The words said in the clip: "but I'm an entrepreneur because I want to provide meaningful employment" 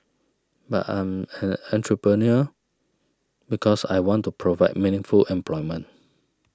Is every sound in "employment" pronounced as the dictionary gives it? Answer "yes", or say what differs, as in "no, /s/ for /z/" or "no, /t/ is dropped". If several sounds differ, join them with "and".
no, /t/ is dropped